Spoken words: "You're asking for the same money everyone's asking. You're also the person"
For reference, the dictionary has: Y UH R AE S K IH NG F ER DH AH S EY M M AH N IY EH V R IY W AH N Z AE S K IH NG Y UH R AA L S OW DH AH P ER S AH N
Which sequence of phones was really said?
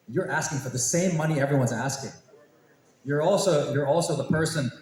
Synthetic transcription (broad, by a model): Y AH R AE S K IH NG F ER DH AH S EY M M AH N IY EH V R IY W AH N Z AE S K IH NG Y UH R AA L S OW DH AH P ER S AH N